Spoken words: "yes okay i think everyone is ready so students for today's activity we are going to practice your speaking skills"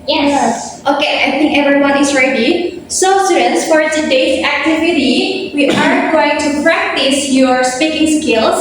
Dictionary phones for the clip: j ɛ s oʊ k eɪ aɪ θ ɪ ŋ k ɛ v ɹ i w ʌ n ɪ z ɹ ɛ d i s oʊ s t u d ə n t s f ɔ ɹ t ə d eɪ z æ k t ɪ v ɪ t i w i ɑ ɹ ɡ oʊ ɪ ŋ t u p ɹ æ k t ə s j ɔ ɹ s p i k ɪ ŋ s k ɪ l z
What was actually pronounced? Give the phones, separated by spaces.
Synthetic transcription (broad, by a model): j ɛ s oʊ k eɪ aɪ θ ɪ ŋ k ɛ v ɹ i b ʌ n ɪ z ɹ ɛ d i s oʊ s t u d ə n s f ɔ ɹ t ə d eɪ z æ k t ɪ v ɪ t i w i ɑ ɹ ɡ oʊ ɪ ŋ t u p ɹ æ k t ə s j ɔ ɹ s p i k ɪ ŋ s k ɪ l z